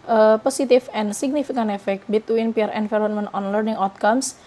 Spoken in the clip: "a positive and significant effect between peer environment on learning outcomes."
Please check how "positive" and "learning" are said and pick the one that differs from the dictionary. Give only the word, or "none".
positive